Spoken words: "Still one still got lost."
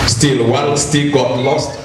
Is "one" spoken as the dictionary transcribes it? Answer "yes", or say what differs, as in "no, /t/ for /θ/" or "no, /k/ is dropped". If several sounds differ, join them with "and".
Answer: no, /l/ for /n/